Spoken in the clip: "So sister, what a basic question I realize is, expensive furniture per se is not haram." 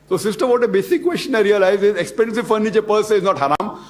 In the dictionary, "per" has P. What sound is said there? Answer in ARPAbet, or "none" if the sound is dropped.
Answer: P